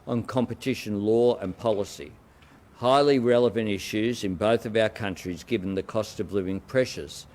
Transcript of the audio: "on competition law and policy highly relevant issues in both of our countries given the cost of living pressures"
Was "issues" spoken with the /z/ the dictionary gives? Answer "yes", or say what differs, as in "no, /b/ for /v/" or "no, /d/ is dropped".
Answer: yes